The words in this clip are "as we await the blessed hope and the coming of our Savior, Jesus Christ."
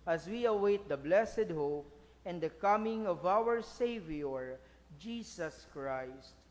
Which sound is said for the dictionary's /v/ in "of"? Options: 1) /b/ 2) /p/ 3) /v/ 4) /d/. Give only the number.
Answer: 3